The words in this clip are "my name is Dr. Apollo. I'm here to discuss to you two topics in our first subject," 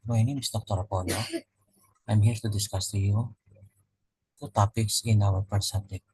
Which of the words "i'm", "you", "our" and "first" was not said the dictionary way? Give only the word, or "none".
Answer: first